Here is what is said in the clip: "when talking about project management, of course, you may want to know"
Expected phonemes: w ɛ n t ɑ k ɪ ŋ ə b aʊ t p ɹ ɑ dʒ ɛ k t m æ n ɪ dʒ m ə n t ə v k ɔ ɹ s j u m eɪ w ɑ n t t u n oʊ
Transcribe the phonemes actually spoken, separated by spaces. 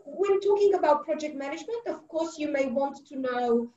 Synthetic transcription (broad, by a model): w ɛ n t ɑ k ɪ ŋ ə b aʊ t p ɹ ɑ dʒ ɛ k t m æ n ɪ dʒ m ə n t ə v k ɔ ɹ s j u m eɪ w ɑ n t t u n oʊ